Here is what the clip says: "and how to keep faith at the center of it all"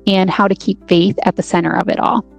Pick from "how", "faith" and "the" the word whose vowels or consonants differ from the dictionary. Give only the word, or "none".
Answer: none